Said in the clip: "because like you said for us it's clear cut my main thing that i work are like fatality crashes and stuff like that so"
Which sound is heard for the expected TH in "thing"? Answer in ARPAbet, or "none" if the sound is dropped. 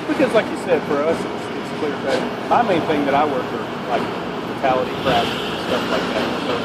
TH